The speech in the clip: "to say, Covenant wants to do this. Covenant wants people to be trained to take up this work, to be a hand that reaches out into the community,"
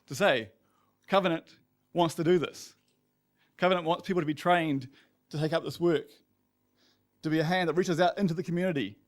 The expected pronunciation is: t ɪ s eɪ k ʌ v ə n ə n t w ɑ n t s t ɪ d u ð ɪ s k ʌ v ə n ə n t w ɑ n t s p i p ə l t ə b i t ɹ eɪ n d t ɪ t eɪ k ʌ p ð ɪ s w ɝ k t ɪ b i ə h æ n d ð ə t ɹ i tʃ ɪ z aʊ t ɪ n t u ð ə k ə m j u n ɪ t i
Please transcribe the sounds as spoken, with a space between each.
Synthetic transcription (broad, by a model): t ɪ s eɪ k ʌ v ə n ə n t w ɑ n t s t ɪ d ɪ ð ɪ s k ʌ v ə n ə n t w ɑ n t s p i p l t ə b i t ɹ eɪ n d t ɪ t eɪ k ʌ p ð ɪ s w ɝ k t ɪ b i ə h æ n ð ə t ɹ i tʃ ɪ z aʊ t ɪ n t u ð ə k m j u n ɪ t i